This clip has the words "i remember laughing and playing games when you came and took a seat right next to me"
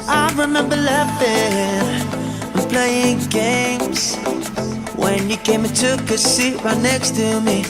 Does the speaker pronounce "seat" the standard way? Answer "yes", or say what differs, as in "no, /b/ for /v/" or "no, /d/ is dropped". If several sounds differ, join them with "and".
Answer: yes